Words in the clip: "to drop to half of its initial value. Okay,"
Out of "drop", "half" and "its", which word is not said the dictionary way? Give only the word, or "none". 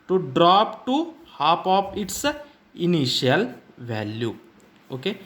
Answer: half